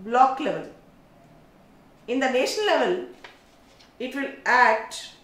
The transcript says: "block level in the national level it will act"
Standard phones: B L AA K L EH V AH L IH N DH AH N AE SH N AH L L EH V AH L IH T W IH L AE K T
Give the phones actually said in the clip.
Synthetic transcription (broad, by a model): B L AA K L EH V AH L IH N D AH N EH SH AH N L EH V AH L IH T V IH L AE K T